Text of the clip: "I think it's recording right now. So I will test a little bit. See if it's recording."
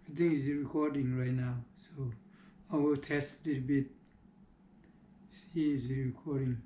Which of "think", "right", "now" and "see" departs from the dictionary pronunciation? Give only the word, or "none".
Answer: think